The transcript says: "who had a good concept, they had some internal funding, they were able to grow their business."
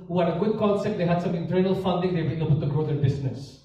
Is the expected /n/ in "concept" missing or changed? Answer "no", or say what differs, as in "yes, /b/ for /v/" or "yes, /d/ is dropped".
yes, /l/ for /n/